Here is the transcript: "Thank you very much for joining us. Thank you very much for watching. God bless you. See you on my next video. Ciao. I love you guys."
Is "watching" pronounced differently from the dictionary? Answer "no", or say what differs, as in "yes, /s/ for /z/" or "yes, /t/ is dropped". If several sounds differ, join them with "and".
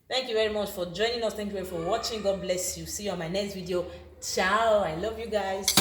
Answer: no